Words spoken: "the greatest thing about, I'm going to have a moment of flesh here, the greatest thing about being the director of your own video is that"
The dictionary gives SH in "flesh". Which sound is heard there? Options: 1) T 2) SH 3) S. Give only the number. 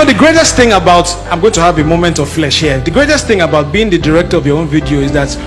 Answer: 2